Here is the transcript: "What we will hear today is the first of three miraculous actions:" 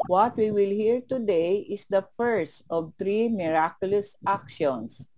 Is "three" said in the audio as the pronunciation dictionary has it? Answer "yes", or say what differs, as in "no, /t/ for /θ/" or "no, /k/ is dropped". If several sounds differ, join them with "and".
no, /t/ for /θ/